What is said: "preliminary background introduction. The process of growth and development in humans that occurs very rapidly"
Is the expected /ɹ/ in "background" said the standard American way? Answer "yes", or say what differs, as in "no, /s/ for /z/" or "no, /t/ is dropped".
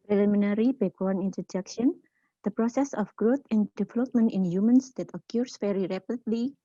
no, /ɹ/ is dropped